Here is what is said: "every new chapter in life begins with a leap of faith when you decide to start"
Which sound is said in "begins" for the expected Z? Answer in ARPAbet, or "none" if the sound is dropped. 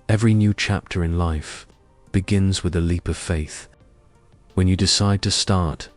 Z